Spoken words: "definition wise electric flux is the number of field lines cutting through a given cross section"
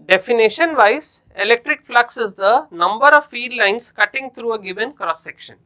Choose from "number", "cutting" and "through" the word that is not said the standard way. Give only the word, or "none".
through